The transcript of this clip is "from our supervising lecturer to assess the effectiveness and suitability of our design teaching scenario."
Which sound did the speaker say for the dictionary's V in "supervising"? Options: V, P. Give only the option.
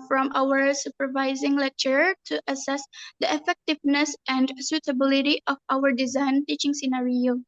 V